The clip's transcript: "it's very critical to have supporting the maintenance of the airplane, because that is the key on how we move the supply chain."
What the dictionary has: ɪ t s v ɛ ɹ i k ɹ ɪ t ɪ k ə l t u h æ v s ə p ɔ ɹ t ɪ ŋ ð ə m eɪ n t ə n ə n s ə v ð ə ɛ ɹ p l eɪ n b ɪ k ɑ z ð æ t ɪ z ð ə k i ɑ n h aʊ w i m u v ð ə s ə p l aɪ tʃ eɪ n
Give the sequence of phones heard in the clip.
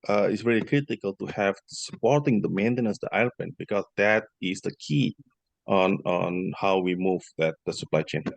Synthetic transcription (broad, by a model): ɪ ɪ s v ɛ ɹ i k ɹ ɪ t ɪ k ə l t u h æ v s ə p ɔ ɹ t ɪ ŋ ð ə m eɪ n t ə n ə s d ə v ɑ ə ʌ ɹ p eɪ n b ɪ k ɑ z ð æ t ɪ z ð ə k i ɑ n h aʊ w i m u v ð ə s ə p l aɪ tʃ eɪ n